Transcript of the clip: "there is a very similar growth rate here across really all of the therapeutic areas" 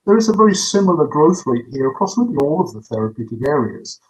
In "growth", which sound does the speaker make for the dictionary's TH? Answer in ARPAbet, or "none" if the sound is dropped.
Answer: TH